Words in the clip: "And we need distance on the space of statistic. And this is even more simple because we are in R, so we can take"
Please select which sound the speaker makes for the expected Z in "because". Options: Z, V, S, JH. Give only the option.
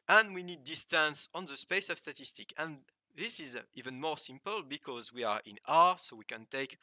Z